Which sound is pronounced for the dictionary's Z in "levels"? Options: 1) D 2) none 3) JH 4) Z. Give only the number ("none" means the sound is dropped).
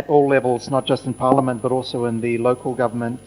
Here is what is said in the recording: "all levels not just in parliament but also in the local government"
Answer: 4